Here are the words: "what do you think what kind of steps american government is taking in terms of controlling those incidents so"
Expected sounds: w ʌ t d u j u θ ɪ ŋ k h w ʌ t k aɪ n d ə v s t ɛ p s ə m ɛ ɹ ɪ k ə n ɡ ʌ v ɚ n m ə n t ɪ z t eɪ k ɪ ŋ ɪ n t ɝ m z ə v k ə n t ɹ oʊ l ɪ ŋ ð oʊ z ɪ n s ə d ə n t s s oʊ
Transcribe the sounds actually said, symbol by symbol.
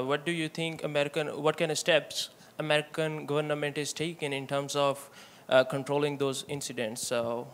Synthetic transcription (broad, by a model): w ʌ t d u j u t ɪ ŋ k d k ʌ t k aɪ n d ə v s t ɛ p s ə m ɛ ɹ ɪ k ə n ɡ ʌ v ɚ n m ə n t ɪ z t eɪ k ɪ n ɪ n t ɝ m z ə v k ə n t ɹ oʊ l ɪ ŋ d oʊ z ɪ n s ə d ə n t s s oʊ